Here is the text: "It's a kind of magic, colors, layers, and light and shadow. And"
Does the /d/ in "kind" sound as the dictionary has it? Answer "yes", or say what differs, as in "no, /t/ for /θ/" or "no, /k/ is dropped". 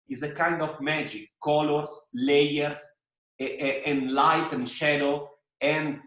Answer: yes